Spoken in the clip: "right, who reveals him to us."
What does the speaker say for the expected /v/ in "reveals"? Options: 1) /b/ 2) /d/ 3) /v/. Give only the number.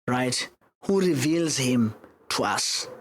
3